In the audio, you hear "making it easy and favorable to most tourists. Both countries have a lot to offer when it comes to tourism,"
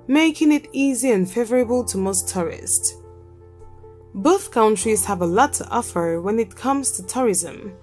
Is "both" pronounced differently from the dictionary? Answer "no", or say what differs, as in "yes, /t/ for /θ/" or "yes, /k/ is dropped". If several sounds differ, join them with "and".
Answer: no